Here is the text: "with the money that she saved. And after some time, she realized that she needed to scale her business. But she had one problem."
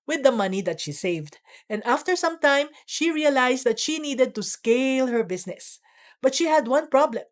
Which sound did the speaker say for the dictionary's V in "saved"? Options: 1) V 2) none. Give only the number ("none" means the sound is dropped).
1